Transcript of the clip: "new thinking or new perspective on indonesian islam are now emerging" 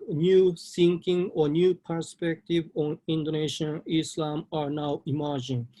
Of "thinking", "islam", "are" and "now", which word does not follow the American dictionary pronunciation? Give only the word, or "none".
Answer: thinking